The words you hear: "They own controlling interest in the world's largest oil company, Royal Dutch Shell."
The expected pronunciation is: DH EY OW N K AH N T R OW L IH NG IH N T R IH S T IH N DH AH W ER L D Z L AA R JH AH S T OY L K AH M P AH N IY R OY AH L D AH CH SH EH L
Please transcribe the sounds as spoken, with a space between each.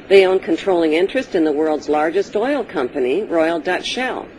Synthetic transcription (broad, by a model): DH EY OW N K AH N T R OW L IH NG IH N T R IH S T IH N DH AH W ER L D Z L AA R JH AH S T OY L K AH M P AH N IY R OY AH L D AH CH SH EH L